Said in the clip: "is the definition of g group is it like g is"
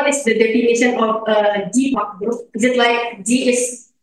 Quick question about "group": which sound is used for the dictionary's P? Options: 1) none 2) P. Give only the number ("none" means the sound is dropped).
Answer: 1